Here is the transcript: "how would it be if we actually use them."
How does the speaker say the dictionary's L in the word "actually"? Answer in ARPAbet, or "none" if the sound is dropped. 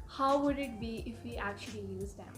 L